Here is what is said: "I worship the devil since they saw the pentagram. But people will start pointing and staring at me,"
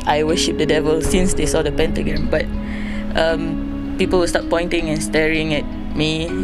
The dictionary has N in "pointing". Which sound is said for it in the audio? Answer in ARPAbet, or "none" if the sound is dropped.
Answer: N